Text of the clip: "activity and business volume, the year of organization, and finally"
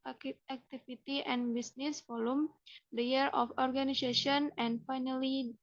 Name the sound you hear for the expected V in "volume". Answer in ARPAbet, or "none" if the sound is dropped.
F